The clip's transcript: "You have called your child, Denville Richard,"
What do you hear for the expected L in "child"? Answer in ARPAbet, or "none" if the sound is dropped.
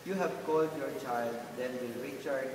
L